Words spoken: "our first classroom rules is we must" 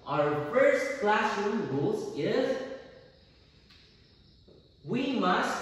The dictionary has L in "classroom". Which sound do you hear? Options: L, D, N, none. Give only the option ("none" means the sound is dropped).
L